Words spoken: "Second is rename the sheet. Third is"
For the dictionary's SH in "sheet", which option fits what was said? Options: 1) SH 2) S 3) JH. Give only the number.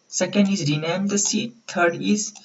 2